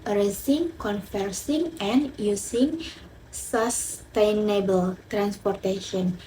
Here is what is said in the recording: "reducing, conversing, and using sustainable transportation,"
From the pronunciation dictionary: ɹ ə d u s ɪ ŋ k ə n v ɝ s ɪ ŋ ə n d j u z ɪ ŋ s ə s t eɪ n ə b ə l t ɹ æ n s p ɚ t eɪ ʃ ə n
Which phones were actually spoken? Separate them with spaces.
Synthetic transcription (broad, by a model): ɹ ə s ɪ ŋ k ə n f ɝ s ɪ ŋ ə n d j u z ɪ ŋ s ə s t eɪ n ə b ə l t ɹ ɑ n s p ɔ t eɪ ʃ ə n